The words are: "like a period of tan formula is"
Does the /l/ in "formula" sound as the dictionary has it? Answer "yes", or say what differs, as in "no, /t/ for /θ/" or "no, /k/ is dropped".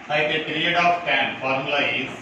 no, /l/ is dropped